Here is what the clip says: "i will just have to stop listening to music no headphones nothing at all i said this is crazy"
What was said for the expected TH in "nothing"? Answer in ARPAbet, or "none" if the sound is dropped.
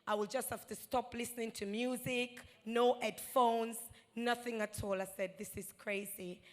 TH